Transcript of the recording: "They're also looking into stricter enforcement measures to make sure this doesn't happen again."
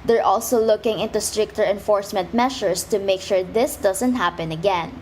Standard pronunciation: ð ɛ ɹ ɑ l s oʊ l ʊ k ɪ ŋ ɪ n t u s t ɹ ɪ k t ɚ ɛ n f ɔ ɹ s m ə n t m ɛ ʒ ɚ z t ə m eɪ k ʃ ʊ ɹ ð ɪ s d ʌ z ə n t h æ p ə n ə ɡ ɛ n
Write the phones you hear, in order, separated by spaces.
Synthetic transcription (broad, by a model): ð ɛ ɹ ɑ l s oʊ l ʊ k ɪ ŋ ɪ n t u s t ɹ ɪ k t ɚ ɛ n f ɔ ɹ s m ə n t m ɛ ʃ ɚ s t ə m eɪ k ʃ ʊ ɹ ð ɪ s d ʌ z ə n t h æ p ə n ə ɡ ɛ n